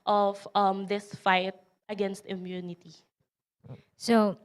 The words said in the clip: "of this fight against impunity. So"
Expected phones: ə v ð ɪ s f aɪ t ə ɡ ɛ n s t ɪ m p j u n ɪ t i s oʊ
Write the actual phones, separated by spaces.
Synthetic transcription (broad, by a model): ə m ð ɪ s f aɪ t ə ɡ ɛ n s t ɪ m j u n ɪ t i s oʊ